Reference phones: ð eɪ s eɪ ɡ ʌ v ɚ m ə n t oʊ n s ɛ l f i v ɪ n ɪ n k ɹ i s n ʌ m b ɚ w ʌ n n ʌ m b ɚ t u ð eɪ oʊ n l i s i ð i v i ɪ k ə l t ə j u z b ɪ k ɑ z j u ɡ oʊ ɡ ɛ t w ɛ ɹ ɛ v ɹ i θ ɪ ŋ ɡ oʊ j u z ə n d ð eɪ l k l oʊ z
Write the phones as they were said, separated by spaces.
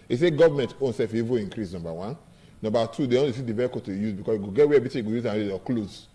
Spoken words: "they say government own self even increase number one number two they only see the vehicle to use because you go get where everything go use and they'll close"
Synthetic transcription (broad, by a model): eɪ s eɪ ɡ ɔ v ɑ m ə n t oʊ n s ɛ f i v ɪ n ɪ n k ɹ i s n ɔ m b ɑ w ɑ n n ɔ m b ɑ t u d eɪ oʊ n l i s i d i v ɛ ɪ k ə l t ə j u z b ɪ k ɑ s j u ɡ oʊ ɡ ɛ t w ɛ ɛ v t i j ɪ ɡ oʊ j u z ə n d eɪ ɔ k l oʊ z